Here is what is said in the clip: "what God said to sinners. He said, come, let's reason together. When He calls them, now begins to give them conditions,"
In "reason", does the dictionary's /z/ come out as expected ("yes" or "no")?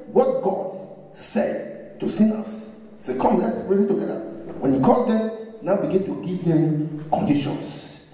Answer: no